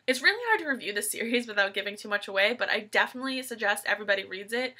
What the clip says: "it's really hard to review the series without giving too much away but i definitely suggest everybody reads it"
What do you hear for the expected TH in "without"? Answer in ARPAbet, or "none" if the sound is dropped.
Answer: TH